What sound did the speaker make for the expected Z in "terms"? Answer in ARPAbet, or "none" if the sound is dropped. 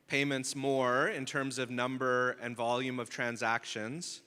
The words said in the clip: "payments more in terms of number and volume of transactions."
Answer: Z